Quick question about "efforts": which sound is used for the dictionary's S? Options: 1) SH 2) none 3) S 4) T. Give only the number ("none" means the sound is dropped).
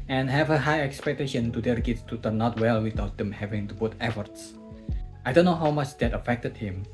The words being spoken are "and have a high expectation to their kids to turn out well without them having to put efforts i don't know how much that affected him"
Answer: 3